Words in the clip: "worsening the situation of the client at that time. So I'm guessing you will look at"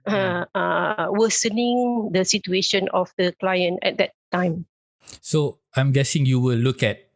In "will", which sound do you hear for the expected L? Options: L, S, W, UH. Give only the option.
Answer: L